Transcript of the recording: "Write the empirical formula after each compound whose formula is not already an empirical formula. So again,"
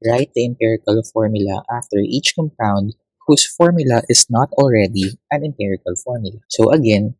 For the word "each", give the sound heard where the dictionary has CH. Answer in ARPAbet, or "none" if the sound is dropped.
CH